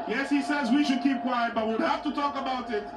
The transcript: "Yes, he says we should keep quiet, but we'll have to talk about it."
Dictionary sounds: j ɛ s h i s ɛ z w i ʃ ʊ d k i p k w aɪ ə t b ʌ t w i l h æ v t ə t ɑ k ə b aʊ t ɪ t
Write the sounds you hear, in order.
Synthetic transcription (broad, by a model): j ɛ s h i s ɛ z w i ʃ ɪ d k i p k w aɪ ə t b ʌ t w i w h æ f t ə t ɑ k ə b aʊ t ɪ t